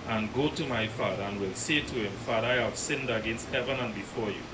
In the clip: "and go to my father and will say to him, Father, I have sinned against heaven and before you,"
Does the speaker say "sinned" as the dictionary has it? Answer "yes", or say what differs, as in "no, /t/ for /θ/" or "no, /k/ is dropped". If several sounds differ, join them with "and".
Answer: yes